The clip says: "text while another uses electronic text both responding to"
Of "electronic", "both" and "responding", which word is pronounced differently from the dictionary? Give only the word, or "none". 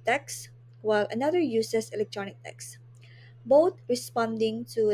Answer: both